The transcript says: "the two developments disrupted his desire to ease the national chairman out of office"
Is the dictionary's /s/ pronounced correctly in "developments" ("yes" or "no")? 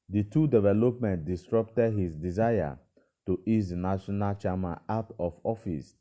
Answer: no